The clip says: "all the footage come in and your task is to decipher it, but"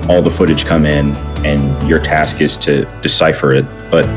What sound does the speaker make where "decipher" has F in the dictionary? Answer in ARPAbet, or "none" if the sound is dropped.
F